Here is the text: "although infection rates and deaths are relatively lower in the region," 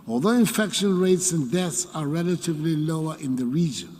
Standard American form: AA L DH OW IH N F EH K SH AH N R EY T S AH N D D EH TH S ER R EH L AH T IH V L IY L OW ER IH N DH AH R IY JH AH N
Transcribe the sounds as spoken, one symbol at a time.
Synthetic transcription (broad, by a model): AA L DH OW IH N F EH K SH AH N R EY T S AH N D D EH TH S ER R EH L AH T IH V L IY L OW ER IH N DH AH R IY JH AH N